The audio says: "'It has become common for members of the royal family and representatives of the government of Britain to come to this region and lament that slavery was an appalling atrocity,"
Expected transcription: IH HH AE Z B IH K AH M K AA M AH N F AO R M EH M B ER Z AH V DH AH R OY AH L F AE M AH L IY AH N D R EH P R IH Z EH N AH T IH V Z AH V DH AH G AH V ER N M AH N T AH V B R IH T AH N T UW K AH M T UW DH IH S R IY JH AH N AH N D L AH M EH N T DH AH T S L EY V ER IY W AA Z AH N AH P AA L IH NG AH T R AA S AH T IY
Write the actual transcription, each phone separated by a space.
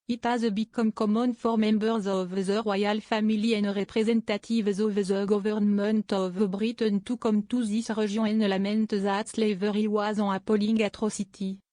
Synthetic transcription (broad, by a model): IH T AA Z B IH K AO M K AA M AH N F AO R M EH M B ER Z AH V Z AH R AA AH L F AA M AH L IY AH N R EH P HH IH Z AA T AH T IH V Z AH V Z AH G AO V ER N M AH N T AH V B R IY T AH N T UW K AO M T UW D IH S R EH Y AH AH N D L AH M EH N T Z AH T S L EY V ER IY W AA Z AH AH P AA L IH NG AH T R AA S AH T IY